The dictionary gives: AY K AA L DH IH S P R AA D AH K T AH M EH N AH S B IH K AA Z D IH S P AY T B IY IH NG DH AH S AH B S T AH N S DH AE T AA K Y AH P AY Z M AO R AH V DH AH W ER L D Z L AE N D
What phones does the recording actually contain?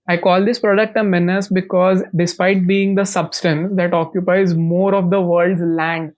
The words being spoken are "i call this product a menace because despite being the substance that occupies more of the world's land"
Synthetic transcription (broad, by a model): AY K AA L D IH S P R AA D AH K T AH M EH N AH S B IH K AA Z D IH S P AY T B IY IH NG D AH S AH B S T AH N S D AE T AA K Y AH P AY Z M AO R AH V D AH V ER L D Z L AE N D